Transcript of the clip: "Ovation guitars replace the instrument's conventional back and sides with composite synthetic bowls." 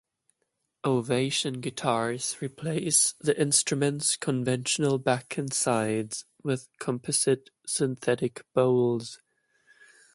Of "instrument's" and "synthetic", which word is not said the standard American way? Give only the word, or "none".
none